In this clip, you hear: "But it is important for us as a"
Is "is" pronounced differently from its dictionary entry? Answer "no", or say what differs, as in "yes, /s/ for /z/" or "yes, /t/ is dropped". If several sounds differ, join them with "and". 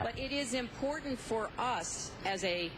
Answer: no